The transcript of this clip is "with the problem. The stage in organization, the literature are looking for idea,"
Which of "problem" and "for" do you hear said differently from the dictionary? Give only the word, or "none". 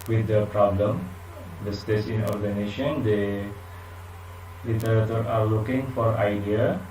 none